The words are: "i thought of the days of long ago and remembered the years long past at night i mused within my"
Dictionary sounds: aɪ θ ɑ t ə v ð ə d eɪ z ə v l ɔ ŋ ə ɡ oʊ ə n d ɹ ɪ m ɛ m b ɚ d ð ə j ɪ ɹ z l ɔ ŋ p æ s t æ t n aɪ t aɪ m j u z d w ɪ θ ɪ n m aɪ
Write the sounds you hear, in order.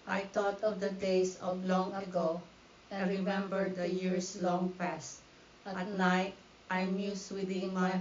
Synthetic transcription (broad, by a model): aɪ t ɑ t ə v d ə d eɪ s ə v l ɔ ŋ ə ɡ oʊ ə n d ɹ ɪ m ɛ m b ɚ d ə j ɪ ɹ s l ɔ ŋ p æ s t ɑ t n aɪ t aɪ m j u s w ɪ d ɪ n m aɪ